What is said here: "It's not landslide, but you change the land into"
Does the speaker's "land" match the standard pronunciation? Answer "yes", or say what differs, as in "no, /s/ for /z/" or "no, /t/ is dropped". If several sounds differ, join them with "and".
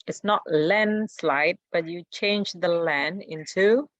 no, /d/ is dropped